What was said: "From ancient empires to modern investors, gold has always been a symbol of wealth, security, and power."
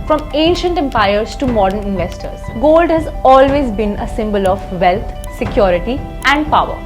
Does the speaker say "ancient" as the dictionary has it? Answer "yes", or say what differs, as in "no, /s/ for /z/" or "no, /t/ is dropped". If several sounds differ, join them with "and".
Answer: yes